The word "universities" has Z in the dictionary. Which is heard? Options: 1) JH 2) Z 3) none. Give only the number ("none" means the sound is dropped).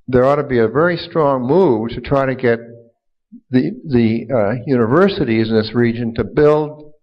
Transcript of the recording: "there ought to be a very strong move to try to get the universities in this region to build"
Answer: 2